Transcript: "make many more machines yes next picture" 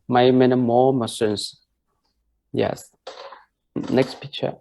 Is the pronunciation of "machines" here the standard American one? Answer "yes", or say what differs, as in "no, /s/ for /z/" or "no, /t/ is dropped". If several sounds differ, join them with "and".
no, /s/ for /ʃ/ and /s/ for /z/